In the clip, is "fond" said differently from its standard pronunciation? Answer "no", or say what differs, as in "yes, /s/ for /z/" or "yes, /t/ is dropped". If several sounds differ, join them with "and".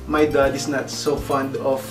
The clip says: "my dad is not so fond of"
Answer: no